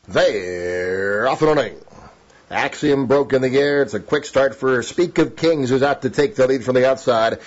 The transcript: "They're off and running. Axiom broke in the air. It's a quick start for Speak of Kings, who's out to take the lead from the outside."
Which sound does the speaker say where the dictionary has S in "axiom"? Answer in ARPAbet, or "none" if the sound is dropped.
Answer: S